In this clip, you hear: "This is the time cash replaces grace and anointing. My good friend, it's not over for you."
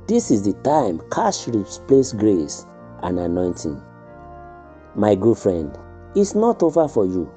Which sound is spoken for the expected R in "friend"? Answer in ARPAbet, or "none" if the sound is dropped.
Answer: R